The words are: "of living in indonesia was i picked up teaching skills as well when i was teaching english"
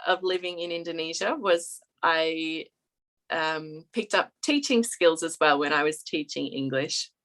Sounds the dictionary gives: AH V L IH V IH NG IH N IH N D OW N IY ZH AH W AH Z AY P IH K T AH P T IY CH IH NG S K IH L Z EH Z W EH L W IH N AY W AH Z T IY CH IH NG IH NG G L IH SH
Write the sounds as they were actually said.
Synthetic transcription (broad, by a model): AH V L IH V IH NG IH N IH N D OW N IY ZH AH W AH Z AY P IH K T AH P T IY CH IH NG S K IH L Z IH Z W EH L W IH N AY W AH Z T IY CH IH NG IH NG G L IH SH